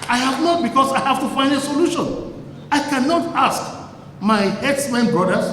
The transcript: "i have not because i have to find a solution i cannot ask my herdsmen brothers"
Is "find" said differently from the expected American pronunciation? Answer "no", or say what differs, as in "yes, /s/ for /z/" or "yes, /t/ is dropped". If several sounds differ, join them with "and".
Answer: no